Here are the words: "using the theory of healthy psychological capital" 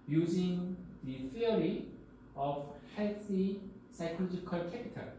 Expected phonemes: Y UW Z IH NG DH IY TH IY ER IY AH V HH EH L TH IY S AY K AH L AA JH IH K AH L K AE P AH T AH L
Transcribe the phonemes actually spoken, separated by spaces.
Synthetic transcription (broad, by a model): Y UW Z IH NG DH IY F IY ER IY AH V HH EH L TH IY S AY K AH L AA JH IH K AH L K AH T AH